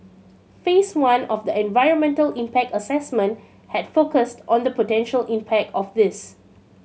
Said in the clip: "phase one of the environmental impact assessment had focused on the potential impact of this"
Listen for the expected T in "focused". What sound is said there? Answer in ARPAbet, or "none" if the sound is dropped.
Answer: T